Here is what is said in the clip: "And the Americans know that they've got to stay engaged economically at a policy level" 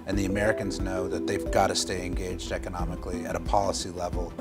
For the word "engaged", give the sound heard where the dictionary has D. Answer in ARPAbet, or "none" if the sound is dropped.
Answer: D